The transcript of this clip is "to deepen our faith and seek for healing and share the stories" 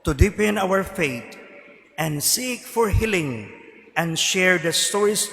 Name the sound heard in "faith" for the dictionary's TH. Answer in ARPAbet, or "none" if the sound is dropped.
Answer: T